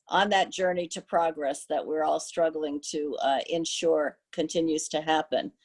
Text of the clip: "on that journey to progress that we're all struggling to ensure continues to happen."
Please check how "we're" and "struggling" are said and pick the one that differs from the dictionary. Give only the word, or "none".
none